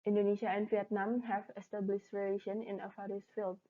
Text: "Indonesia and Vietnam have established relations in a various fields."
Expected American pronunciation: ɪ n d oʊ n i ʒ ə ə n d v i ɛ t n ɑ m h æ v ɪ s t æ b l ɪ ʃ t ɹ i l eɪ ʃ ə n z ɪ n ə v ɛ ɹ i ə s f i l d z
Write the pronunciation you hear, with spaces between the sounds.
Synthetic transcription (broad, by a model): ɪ n d oʊ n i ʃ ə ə n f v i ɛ t n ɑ m h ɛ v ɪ s t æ b l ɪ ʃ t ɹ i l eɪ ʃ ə n ɪ n ə f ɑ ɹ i s f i l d